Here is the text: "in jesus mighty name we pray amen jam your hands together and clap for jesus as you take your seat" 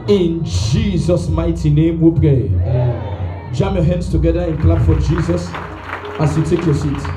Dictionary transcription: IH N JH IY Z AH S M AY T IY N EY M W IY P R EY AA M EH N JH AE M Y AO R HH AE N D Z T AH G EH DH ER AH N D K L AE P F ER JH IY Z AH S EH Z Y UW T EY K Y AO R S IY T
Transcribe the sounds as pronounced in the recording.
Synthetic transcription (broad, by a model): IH N JH IY Z AH S M AY T IY N EY M W IY P R EY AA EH JH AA M Y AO HH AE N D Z T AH G EH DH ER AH N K L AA B F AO JH IY Z AH S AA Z Y UW T EY K Y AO S IY T